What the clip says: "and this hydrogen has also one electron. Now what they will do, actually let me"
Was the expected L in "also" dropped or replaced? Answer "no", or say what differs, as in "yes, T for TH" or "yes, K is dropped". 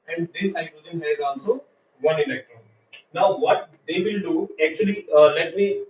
yes, N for L